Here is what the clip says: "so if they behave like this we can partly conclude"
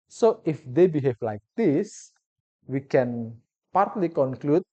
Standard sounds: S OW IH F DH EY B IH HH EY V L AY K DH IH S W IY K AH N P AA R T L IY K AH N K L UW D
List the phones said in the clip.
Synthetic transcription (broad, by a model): S OW IH F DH EY B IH HH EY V L AY K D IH S W IY K AH N P AA R T L IY K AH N K L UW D